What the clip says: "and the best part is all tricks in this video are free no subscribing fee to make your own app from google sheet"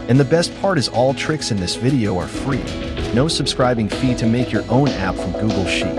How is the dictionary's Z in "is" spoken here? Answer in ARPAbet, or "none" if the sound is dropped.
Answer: Z